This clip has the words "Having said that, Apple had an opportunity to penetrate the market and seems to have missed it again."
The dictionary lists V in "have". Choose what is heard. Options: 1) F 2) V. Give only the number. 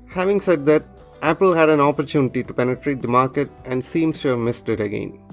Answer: 2